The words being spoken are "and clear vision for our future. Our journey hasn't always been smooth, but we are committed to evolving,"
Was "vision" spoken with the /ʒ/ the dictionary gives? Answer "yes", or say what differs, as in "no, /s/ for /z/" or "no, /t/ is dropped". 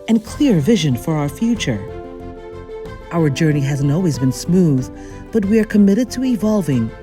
yes